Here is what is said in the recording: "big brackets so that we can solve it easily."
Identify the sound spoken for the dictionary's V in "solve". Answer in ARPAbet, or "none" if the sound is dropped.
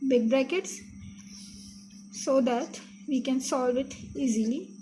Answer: V